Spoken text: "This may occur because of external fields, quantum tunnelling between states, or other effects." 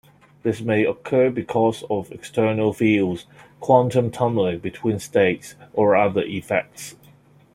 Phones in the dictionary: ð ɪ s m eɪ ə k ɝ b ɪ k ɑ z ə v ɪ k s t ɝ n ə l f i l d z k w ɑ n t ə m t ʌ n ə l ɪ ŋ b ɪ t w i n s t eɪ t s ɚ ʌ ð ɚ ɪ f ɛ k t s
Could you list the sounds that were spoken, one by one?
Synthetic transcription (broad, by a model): ð ɪ s m eɪ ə k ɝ b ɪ k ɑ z ə v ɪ k s t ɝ n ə l f i l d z k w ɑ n t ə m t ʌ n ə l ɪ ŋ b ɪ t w i n s t eɪ t s ɚ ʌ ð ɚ ɪ f ɛ k t s